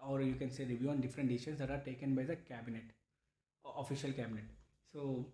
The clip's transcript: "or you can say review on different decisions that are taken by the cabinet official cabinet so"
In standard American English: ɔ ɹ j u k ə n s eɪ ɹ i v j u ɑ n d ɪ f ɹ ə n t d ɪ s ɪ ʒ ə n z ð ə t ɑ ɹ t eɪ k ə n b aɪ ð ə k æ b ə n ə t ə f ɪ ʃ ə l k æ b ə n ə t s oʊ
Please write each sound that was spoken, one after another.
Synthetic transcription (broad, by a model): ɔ ɹ j u k ə n s eɪ ɹ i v j u ɑ n d ɪ f ɹ ə n t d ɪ ɪ ʃ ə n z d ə t ɑ ɹ t eɪ k ə n b aɪ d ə k æ b ə n ə t ə f ɪ ʃ ə l k æ b ə n ə t s oʊ